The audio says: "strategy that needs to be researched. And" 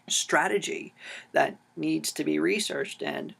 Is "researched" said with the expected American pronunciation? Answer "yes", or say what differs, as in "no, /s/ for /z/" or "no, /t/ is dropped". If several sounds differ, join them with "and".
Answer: yes